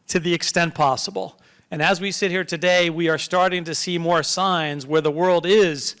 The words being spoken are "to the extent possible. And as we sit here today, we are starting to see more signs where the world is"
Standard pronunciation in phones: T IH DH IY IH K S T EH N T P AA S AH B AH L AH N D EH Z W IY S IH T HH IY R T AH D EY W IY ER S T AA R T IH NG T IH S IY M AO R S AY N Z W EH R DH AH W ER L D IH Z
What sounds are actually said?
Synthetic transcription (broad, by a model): T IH DH IY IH K S T EH N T P AA S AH B L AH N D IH Z W IY S IH T HH IY R T AH D EY W IY ER S T AA R T IH NG T IH S IY M AO R S AY N Z W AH R DH AH W ER L D IH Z